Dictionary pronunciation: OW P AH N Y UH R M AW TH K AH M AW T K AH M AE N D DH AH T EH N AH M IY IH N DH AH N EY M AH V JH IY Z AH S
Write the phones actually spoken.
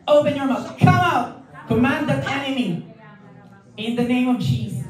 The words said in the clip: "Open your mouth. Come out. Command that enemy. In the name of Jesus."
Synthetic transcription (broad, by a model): OW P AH N Y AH R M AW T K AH AW T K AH M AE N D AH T EH N AH M IY IH N DH AH N EY M AH V JH IY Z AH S